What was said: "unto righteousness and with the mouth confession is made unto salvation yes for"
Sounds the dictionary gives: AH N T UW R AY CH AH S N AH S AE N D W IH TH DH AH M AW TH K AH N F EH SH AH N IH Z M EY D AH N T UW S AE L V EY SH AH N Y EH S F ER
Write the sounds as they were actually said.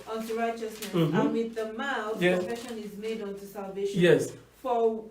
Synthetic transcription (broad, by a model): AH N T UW R AY CH AH S N AH S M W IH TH DH AH M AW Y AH F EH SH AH N IH Z M EY D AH N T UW S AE L V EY AH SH Y EH S F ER